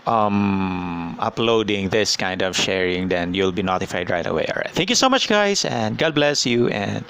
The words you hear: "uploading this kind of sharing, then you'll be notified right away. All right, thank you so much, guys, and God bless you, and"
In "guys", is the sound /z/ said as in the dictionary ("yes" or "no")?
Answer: no